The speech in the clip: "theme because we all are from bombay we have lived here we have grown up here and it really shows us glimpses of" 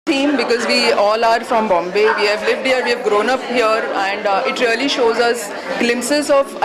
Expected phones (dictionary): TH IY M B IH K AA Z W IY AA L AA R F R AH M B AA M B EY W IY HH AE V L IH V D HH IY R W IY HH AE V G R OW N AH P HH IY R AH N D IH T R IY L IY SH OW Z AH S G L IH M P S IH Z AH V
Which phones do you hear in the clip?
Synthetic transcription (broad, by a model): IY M B IH K AA Z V IY AA L AA R F R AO M B AA M B EY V IY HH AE V L IH V D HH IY R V IY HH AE V G R OW N AH P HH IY R AH N D IH T R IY L IY SH OW Z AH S G L IH M P S IH Z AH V